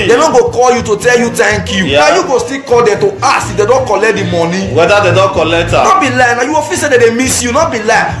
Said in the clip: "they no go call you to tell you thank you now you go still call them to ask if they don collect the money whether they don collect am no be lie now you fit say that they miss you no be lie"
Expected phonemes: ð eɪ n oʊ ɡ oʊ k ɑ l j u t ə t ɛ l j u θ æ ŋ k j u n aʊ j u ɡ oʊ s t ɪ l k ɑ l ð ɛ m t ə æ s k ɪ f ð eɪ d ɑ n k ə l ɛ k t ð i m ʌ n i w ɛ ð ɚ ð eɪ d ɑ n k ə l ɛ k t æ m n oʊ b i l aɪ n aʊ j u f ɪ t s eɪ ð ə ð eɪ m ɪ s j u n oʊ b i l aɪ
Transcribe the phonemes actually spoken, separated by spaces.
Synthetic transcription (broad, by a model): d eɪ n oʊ ɡ oʊ k ɑ l j u t ə t ɛ l j u t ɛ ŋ k j u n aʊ j u ɡ oʊ s t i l k ɑ l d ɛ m t ə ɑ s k ɪ f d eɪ d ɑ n k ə l ɛ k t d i m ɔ n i w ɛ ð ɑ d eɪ d ɑ n k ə l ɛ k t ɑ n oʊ b i l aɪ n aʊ j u f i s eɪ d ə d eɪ m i s j u n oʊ b i l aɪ